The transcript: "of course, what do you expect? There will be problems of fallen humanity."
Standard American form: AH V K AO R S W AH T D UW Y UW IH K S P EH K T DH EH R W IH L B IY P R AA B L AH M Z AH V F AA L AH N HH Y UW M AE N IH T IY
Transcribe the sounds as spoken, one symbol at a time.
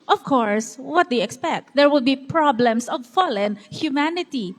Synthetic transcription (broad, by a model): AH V K AO R S W AH T D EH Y IH K S P EH K T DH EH R W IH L B IY P R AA B L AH M S AH V F AA L AH N HH Y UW M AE N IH T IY